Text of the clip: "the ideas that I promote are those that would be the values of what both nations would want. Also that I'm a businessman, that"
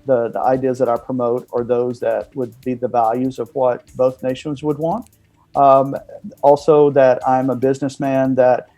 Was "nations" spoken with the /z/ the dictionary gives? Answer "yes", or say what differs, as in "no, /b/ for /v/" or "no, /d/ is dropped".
yes